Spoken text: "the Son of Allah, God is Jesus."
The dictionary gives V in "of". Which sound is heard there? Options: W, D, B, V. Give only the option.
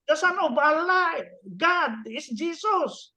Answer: B